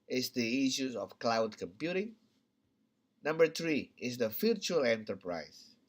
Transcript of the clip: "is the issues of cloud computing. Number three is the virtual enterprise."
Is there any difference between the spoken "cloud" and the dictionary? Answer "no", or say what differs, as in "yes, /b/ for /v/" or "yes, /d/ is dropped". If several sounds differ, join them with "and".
no